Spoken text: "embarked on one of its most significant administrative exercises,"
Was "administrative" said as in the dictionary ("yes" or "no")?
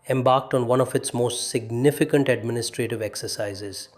yes